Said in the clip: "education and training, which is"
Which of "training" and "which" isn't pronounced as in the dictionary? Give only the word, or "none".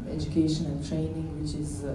none